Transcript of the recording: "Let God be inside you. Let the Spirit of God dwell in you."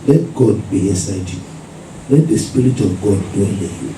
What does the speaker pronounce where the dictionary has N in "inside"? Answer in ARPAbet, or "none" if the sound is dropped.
none